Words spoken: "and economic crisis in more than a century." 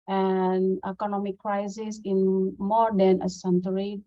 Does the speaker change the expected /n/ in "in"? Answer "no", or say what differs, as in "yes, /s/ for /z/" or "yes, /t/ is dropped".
no